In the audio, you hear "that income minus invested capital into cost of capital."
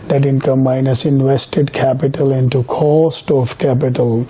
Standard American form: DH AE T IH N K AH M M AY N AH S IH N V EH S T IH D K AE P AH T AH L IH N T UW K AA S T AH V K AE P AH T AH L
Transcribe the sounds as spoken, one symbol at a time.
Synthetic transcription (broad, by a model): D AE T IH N K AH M M AY N AH S IH N V EH S T IH D K AE P AH T AH L IH N T UW K AA S T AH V K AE P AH T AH L